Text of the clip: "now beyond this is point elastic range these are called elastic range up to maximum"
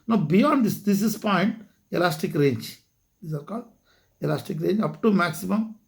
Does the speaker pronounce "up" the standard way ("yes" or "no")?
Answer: yes